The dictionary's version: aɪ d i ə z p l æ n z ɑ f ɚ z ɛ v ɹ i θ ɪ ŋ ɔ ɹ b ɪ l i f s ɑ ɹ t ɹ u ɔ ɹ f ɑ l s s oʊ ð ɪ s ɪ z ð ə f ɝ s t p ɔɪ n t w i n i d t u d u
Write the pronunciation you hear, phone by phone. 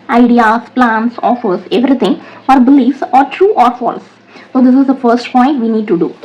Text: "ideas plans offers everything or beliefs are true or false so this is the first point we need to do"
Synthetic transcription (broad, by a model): aɪ d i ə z p l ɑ n s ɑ f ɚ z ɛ v ɹ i t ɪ ŋ ɔ ɹ b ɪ l i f s ɑ ɹ t ɹ u ɔ ɹ f ɑ l s s oʊ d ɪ s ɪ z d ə f ɝ s t p ɔɪ n t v i n i d t u d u